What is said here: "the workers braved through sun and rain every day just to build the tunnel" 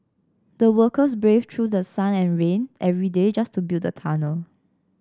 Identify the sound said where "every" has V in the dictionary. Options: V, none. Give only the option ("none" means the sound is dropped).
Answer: V